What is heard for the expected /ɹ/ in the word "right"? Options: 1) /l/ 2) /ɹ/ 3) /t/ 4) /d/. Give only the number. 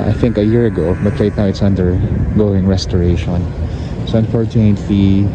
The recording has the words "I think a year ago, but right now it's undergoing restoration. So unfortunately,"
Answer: 1